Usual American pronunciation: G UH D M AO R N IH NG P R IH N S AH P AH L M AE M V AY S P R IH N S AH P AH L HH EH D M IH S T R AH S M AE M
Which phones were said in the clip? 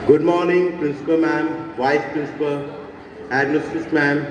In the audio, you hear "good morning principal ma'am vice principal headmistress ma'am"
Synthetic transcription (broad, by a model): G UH D M AO R N IH NG P R IH N S AH P AH L M AE M V AY S P R IH N S AH P AH L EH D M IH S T AH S M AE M